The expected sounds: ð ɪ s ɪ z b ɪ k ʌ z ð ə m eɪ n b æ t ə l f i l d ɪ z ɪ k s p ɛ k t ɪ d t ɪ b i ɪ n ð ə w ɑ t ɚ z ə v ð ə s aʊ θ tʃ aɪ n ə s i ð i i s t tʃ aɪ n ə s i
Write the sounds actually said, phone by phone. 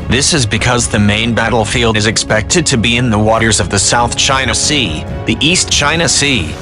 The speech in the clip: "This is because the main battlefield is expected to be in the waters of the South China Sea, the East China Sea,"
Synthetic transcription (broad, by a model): ð ɪ s ɪ z b ɪ k ʌ z ð ə m eɪ n b æ t l f i l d ɪ z ɪ k s p ɛ k t ɪ d t ɪ b i ɪ n ð ə w ɑ t ɚ z ə v ð ə s aʊ θ tʃ aɪ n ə s i ð i i s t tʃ aɪ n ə s i